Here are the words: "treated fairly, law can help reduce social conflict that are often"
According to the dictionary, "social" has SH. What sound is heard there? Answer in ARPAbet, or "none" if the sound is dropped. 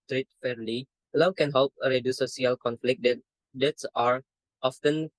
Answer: none